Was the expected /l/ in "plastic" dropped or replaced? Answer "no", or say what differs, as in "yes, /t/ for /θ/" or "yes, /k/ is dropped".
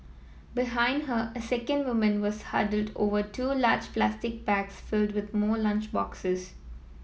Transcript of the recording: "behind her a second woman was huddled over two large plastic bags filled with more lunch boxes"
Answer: no